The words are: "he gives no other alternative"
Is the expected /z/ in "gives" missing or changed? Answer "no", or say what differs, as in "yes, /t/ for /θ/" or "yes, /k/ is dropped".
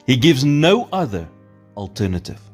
no